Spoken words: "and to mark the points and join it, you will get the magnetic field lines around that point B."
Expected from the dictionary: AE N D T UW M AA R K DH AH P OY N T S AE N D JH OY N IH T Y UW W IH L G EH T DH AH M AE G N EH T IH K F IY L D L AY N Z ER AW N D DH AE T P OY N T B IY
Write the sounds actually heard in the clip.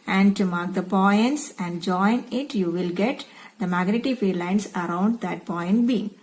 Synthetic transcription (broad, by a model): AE N D T UW M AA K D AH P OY N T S AE N D JH OY N IH T Y UW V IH L G EH T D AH M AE G N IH T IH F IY D L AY N S ER AW N D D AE T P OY N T B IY